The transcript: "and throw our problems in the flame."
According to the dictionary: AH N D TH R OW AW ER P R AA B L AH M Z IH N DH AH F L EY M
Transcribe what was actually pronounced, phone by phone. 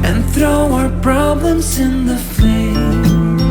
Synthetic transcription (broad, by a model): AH N TH R OW AW ER P R AA B L AH M Z IH N DH AH F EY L